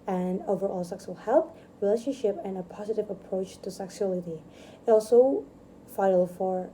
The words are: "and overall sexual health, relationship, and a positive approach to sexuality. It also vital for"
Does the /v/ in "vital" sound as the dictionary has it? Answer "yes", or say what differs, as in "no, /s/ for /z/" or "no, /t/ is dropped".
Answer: no, /f/ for /v/